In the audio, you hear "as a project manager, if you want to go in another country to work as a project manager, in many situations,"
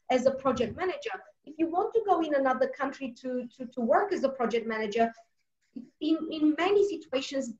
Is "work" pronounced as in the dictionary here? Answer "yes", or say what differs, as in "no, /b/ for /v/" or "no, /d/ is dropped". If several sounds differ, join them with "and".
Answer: yes